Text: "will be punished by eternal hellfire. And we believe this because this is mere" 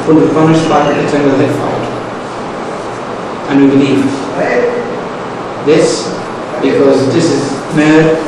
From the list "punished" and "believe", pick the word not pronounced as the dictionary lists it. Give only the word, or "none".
punished